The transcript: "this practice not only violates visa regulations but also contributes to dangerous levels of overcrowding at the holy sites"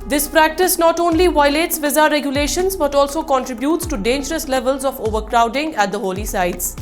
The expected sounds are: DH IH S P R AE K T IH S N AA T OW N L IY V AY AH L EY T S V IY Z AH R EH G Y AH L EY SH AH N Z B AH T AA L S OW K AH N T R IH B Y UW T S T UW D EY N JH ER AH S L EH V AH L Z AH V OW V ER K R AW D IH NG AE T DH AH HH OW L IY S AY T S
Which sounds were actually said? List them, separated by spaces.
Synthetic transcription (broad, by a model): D IH S P R AE K T IH S N AA T OW N L IY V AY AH L EY T S V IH Z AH R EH G Y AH L EY SH AH N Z B AH T AA L S OW K AH N T R IH B Y UW T S T UW D EY N JH ER AH S L EH V AH L Z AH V OW V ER K R AW D IH NG AE T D AH HH OW L IY S AY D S